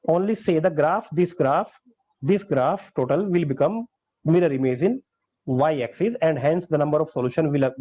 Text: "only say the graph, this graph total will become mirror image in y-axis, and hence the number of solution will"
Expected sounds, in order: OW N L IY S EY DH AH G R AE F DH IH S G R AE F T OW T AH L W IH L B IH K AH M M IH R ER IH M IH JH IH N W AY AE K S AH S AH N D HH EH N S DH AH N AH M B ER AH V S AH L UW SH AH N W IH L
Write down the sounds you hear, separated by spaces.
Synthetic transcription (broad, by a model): OW N L IY S EY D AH G R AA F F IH S G R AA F T OW T AH L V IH L B IH K AH M M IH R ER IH M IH Z IH N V AY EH K S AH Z AH N D HH EH N S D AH N AH M B ER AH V S AH L UW SH AH N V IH L